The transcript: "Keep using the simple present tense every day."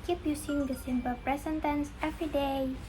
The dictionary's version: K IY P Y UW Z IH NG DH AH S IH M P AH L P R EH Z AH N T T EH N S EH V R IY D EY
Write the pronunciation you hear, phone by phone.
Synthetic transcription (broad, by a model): K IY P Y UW S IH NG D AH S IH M B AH P R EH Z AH N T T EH N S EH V R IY D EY